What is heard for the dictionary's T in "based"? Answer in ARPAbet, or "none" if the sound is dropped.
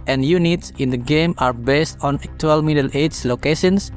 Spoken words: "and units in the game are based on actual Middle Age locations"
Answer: T